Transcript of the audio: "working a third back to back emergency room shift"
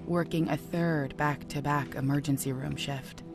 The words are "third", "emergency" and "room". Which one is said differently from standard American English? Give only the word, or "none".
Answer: none